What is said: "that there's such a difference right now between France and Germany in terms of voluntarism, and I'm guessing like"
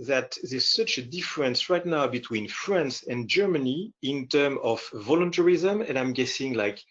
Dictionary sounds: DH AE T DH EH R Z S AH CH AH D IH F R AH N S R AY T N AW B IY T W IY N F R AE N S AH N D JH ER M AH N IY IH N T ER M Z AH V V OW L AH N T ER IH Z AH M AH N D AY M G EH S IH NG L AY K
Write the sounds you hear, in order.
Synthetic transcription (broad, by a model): DH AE T DH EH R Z S AH CH AH D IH F R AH N S R AY T N AW B IY T W IY N F R AE N S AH N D JH ER M AH N IY IH N T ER M AH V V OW L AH N T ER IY Z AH M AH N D AY M G EH S IH NG L AY K